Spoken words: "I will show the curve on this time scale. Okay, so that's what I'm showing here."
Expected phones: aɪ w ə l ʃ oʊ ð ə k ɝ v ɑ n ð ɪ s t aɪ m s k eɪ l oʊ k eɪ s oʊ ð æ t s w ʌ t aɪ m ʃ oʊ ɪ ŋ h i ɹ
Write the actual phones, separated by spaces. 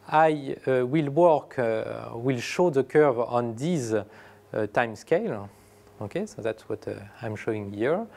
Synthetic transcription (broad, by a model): aɪ w ə l ʃ oʊ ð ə k ɝ v ɑ n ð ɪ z t aɪ m s k eɪ l oʊ k eɪ s oʊ ð æ t s w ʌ t aɪ m ʃ oʊ ɪ ŋ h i ɹ